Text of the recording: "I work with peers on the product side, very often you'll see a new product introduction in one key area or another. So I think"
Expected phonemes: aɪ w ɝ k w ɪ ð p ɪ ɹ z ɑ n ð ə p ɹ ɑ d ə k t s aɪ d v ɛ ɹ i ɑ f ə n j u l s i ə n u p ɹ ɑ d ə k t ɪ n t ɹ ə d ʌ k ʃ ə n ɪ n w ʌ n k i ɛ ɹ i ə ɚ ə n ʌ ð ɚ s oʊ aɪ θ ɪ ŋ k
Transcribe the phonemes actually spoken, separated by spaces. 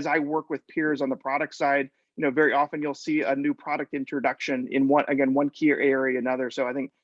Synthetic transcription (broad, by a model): aɪ w ɝ k w ɪ ð p ɪ ɹ z n ð ə p ɹ ɑ d ə k t s aɪ d v ɛ ɹ i ɑ f ə n j u l s i ə n u p ɹ ɑ d ə k t ɪ n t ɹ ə d ʌ k ʃ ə n ɪ n w ʌ n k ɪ ɛ w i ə ɚ ə n ʌ ð ɚ s oʊ aɪ θ ɪ ŋ k